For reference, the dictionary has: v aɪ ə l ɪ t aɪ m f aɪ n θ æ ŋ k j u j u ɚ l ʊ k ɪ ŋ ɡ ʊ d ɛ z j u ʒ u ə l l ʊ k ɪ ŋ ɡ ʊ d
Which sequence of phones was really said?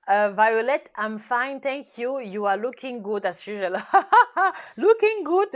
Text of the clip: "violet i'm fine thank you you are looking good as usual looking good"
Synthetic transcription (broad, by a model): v aɪ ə l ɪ t aɪ m f aɪ n t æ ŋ k j u j u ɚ l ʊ k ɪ ŋ ɡ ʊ d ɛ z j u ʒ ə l l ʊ k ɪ ŋ ɡ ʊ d